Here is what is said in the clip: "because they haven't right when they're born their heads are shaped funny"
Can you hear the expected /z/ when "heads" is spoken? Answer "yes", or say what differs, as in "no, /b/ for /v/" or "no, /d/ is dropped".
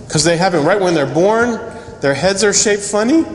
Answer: yes